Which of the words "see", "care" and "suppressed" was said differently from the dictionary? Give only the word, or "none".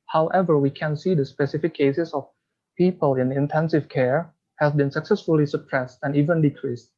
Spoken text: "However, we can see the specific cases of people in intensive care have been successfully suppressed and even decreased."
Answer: none